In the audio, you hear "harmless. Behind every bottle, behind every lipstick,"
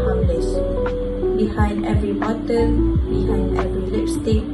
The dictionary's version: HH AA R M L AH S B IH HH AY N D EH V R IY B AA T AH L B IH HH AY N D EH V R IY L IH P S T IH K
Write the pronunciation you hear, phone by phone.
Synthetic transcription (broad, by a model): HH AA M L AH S B IH HH AY N D EH V R IY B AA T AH N B IH HH AY N D EH V R IY L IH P S T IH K